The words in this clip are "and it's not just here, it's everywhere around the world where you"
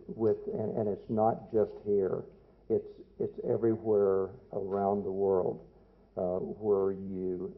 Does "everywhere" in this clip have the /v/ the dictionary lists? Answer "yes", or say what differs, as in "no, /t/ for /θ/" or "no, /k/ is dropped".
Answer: yes